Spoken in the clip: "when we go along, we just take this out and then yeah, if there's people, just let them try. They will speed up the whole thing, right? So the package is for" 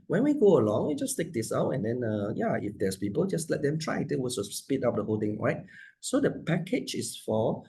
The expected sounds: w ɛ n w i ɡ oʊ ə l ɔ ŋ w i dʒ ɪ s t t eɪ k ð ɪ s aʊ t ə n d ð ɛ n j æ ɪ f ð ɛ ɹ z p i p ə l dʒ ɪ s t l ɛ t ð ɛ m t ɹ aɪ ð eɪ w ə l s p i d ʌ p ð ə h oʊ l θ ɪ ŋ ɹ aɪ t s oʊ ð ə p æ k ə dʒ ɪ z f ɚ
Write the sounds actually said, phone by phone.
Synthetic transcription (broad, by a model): w ɛ n w i ɡ oʊ ə l ɔ ŋ w i dʒ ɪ s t t eɪ k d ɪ s aʊ t ə n d ɛ n j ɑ ɪ f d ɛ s p i p ə l dʒ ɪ s l ɛ t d ɛ m t ɹ aɪ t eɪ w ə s s p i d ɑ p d ə h oʊ l t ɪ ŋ ɹ aɪ t s oʊ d ə p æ k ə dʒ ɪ s f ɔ